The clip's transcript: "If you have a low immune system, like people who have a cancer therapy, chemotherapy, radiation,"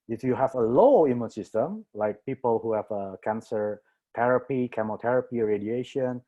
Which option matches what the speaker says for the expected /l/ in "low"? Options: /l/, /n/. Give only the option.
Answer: /l/